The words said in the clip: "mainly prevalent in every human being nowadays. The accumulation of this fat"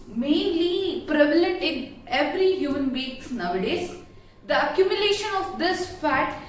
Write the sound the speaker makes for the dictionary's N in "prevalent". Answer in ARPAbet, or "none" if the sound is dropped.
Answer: none